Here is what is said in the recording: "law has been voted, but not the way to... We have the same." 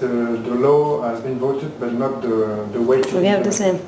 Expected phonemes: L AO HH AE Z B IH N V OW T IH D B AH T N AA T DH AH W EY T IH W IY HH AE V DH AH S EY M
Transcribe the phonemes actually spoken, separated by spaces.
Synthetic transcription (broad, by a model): L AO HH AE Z B IH N V OW T IH D B AH T N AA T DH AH W EY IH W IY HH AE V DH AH S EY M